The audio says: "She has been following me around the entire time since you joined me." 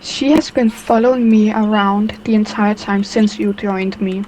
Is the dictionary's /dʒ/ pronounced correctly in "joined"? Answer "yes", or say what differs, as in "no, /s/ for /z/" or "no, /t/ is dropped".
yes